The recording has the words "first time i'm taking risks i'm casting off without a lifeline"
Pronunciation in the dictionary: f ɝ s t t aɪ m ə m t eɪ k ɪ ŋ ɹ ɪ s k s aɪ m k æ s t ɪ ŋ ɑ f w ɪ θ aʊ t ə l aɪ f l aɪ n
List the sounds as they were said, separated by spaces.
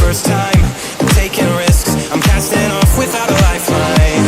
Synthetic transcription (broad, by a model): ɝ s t t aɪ ə m t eɪ k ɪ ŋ ɹ ɪ s k s aɪ m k æ s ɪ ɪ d ɑ f w ɪ θ aʊ t ə l aɪ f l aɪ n